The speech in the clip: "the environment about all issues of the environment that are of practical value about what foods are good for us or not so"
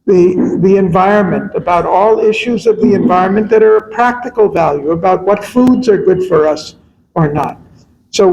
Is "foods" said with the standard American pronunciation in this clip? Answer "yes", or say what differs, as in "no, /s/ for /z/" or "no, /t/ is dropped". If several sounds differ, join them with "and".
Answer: yes